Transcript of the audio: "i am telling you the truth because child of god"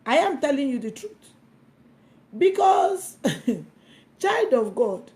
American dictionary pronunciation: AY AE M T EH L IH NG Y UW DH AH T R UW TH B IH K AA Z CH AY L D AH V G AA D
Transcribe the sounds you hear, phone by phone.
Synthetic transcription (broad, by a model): AY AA M T EH L IH NG Y UW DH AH T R UW T B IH K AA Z CH AY L D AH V G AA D